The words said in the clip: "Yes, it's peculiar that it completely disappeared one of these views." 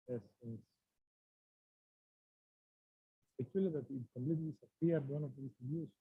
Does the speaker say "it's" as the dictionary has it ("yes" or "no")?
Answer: no